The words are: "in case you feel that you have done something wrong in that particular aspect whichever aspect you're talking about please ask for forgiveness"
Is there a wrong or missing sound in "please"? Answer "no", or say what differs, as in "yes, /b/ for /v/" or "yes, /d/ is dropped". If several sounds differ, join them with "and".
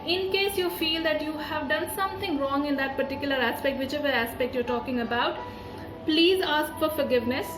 no